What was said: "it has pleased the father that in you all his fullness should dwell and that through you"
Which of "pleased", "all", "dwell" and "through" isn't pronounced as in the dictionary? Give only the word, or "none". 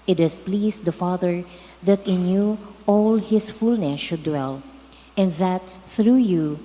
pleased